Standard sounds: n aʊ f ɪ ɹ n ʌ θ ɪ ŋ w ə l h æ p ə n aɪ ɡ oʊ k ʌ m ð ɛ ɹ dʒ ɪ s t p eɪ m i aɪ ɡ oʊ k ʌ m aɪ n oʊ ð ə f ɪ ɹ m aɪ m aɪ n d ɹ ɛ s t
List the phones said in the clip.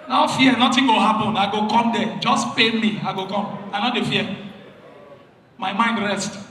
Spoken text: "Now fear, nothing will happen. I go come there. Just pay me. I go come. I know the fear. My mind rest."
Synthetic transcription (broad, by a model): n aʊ f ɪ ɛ n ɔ t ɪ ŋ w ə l h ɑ p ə n aɪ ɡ oʊ k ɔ m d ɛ dʒ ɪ s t p eɪ m i aɪ ɡ oʊ k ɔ m aɪ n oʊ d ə f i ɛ m aɪ m aɪ n d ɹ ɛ s t